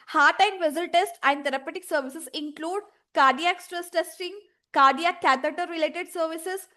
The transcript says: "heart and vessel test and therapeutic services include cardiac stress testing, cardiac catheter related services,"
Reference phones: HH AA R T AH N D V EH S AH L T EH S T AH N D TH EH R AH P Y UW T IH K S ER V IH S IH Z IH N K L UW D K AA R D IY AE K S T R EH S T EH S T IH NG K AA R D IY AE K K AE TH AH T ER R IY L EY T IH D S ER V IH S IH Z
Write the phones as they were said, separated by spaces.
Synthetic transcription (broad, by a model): HH AA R T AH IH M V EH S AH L T EH S T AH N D T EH R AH P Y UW T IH K S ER V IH S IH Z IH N K L UW D K AA R D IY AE K S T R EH S T EH S T IH NG K AA R D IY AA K K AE T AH T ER R IY L EY T IH D S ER V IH S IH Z